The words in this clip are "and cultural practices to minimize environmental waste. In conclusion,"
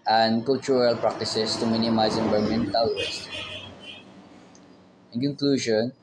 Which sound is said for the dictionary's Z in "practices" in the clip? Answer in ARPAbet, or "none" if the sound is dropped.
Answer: S